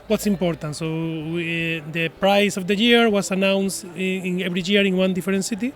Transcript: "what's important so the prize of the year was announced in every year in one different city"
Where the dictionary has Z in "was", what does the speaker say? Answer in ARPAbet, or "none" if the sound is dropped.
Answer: S